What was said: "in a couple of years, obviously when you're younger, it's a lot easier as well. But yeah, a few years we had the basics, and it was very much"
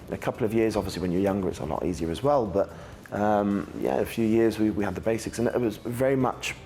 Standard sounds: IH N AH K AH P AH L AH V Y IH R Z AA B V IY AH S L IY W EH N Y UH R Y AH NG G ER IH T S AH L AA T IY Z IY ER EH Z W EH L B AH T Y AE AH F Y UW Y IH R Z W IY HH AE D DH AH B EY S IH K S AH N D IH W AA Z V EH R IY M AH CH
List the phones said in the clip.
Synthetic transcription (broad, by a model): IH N AH K AH P L AH V Y IH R Z AA B V IY AH S L IY W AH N Y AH R Y AH NG G ER IH T S AH L AA T IY Z IY ER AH Z W EH L B AH T Y AE AH F Y UW Y IH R Z W IY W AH D DH AH B EY S IH K S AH N IH W AA Z V EH R IY M AH CH